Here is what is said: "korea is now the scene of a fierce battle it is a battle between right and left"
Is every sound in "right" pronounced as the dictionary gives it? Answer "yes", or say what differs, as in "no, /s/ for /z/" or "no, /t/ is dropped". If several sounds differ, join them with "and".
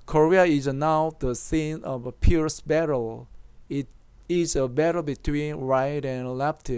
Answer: yes